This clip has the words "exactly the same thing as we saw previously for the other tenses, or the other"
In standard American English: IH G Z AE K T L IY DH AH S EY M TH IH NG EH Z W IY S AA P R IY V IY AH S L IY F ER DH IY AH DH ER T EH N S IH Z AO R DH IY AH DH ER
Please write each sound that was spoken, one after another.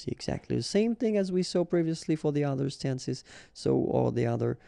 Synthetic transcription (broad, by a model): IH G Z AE K T L IY DH AH S EY M TH IH NG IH Z W IY S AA P R IY V IY AH S L IY F ER DH IY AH DH ER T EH N S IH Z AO L DH IY AH DH ER